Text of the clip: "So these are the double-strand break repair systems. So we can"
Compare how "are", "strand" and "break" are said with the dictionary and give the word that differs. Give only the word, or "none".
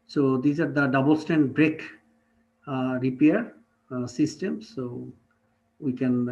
strand